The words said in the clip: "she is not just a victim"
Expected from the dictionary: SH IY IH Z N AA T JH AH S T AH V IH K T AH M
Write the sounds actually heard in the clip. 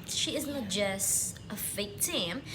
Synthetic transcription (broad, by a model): SH IY IH Z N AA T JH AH S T AH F IH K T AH M